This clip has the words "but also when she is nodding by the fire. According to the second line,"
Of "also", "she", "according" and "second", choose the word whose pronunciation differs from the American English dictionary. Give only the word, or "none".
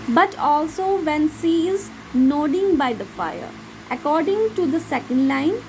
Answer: she